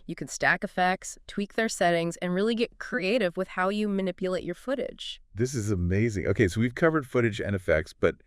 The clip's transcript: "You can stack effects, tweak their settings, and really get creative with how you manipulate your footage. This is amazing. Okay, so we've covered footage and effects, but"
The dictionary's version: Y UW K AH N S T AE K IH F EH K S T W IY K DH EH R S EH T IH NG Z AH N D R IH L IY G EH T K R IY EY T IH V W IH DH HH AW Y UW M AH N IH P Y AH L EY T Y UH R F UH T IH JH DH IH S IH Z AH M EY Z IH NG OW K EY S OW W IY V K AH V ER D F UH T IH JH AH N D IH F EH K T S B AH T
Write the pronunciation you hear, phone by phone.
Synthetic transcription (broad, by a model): Y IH K N S T AE K IH F EH K S T W IY K DH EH R S EH T IH NG Z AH N R IH L IY G EH T K R IY EY T IH V W IH DH HH AW Y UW M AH N IH P Y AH L EY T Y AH R F UH T IH JH DH IH S IH Z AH M EY Z IH NG OW K EY S OW W IY V K AH V ER D F UH T IH JH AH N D IH F EH K T S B AH T